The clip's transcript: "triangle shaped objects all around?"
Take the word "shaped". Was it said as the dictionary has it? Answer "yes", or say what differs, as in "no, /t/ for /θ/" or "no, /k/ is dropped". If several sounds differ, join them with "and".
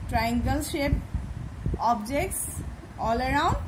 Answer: no, /t/ is dropped